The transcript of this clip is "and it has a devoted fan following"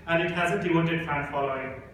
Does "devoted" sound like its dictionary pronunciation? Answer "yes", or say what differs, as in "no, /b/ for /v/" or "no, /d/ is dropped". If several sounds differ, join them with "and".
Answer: no, /w/ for /v/